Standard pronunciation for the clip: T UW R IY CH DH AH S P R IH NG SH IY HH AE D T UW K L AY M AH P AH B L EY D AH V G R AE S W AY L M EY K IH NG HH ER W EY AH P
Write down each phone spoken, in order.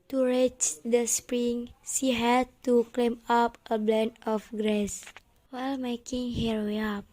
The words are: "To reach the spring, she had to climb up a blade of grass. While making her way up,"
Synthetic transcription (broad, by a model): T UW R IY CH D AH S P R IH NG S IY HH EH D T UW K L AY M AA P AH B L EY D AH F G R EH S W AY L M EY K IH NG HH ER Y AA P